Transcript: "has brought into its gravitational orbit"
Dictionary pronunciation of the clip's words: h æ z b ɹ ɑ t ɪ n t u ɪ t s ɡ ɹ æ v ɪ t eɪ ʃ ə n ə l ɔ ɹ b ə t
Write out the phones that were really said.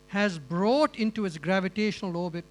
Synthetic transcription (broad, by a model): h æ z b ɹ ɑ t ɪ n t u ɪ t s ɡ ɹ æ v ɪ t eɪ ʃ ə n ə l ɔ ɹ b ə t